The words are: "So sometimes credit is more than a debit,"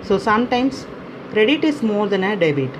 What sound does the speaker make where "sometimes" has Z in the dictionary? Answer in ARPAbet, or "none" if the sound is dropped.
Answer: S